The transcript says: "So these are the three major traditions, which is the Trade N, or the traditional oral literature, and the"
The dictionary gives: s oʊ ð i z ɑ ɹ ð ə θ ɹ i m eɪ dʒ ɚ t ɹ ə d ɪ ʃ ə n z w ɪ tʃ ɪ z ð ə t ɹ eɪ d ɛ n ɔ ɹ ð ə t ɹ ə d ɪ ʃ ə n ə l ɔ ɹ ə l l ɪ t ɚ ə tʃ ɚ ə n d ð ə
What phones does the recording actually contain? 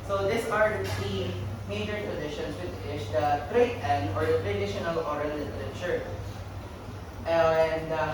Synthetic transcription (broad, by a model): s oʊ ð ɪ s ɑ ɹ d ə t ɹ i m eɪ dʒ ɚ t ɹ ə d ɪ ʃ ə n s w ɪ tʃ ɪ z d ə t ɹ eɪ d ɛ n ɔ ɹ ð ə t ɹ ə d ɪ ʃ ə n ə l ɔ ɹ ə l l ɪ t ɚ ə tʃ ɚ ə n d